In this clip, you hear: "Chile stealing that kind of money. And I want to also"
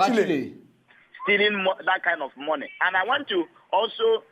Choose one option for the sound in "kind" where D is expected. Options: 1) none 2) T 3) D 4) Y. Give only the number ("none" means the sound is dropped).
3